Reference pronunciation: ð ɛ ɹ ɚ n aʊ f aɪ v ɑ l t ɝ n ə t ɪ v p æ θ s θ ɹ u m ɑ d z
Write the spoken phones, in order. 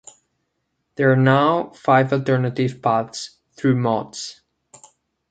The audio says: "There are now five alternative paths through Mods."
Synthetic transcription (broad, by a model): ð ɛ ɹ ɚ n aʊ f aɪ v ɑ l t ɝ n ə t ɪ v p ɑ t s θ ɹ u m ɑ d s